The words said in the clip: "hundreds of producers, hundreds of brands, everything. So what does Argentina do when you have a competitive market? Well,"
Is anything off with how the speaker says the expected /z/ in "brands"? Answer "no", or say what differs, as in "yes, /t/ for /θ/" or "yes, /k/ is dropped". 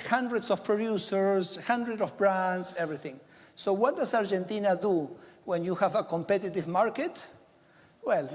yes, /s/ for /z/